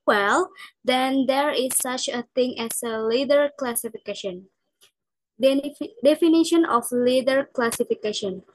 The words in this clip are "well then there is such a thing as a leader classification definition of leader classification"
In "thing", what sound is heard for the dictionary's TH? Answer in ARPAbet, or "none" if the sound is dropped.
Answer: T